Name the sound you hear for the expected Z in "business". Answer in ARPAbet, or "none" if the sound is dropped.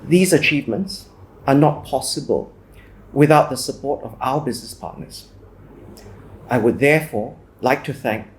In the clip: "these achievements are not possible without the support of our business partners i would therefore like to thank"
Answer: Z